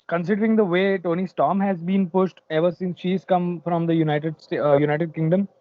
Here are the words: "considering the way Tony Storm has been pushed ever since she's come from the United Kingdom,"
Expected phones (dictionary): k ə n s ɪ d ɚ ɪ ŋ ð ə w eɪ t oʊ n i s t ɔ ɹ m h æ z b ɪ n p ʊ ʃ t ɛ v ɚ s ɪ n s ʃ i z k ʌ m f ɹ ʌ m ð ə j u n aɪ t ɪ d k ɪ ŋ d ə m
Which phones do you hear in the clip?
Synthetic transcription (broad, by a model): k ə n s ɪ d ɚ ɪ ŋ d ə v eɪ t oʊ n i s t ɔ m h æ z b ɪ n p ʊ ʃ t ɛ v ɚ s ɪ n s ʃ i z k ʌ m f ɹ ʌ m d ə j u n aɪ t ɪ d k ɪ ŋ d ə m